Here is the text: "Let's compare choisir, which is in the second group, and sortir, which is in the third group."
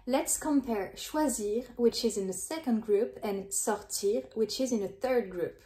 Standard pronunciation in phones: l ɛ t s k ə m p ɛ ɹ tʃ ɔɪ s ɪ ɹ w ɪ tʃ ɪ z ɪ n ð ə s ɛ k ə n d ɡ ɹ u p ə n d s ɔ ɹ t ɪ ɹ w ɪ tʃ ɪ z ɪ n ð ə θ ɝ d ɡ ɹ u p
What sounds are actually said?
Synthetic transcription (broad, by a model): l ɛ t s k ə m p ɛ ɹ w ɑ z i ɹ w ɪ tʃ ɪ z ɪ n ð ə s ɛ k ə n d ɡ ɹ u p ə n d s ɔ ɹ t ɪ ɹ w ɪ tʃ ɪ z ɪ n ð ə θ ɝ d ɡ ɹ u p